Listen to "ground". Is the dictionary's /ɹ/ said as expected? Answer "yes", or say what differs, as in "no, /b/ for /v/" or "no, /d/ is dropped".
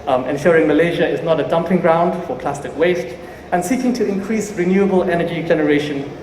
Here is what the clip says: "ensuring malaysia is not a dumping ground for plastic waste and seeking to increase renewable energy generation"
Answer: yes